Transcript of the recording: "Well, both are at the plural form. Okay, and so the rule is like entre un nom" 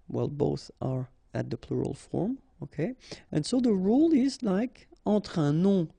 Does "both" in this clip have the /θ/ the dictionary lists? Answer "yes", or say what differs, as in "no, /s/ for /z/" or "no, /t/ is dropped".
yes